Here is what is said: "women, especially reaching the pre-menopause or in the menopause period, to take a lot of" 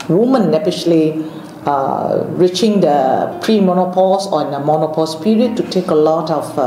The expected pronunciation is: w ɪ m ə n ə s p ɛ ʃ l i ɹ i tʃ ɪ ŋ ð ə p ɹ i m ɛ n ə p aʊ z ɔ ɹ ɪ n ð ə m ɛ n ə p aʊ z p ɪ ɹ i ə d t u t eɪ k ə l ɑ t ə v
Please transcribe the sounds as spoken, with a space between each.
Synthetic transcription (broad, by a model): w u m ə n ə p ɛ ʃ l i ɹ i tʃ ɪ ŋ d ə p ɹ i m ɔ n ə p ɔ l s ɪ n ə m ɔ n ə p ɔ s p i ɹ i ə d t u t eɪ k ə l ɑ t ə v